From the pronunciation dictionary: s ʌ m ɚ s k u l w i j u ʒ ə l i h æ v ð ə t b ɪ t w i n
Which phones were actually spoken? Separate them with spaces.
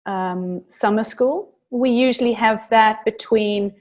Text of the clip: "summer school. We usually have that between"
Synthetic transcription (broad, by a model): s ʌ m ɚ s k u l w i j u ʒ ə l i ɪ v ð ə t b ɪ t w i n